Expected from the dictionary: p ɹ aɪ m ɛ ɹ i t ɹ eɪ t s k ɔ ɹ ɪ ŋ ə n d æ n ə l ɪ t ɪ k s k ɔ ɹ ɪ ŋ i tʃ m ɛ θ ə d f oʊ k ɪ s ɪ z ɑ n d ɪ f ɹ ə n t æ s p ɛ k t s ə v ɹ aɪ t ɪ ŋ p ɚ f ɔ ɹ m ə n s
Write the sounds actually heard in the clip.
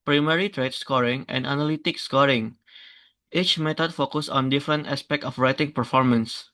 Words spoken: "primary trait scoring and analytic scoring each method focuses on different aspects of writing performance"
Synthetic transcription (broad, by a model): p ɹ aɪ m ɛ ɹ i t ɹ eɪ t s k ɔ ɹ ɪ ŋ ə n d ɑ n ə l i t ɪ k s k ɔ ɹ ɪ ŋ i tʃ m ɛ t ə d f oʊ k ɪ s ɑ n d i f ɹ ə n t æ s p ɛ k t ə f ɹ aɪ t ɪ ŋ p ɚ f ɔ ɹ m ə n s